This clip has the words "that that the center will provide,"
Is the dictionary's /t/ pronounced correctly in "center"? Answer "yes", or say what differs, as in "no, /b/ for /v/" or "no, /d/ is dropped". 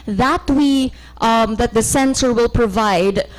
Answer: no, /s/ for /t/